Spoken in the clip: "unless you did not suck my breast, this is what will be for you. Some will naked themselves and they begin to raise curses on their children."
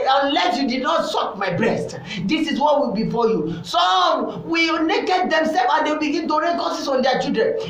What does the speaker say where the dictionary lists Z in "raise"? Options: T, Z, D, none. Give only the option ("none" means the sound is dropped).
none